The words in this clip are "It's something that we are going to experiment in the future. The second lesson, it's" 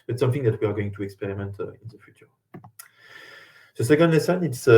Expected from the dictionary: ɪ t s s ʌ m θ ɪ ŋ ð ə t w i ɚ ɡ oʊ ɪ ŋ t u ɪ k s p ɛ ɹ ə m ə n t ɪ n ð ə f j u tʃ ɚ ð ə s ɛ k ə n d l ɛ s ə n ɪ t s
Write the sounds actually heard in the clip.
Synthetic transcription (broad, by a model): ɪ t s s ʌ m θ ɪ ŋ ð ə t w i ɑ ɡ oʊ ɪ ŋ t u ɪ k s p ɛ ɹ ə m ə n t ɪ n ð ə f j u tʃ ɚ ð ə s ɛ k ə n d l ɛ s ə n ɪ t s